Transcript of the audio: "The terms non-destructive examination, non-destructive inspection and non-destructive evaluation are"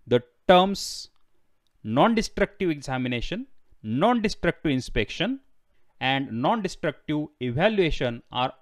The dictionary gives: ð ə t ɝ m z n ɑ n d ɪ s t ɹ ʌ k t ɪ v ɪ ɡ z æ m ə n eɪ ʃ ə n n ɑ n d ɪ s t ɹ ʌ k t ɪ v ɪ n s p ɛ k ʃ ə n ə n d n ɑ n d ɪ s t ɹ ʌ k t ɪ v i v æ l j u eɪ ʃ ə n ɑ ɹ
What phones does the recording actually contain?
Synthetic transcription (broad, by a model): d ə t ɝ m s n ɑ n d ɪ s t ɹ ʌ k t ɪ v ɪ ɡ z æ m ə n eɪ ʃ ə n n ɑ n d ɪ s t ɹ ʌ k t ɪ v ɪ n s p ɛ k ʃ ə n ə n d n ɑ n d ɪ s t ɹ ʌ k t ɪ v i v æ l j u eɪ ʃ ə n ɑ ɹ